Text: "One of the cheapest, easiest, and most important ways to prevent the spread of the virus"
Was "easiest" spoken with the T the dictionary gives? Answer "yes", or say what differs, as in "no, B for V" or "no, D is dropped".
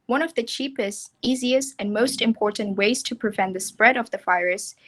yes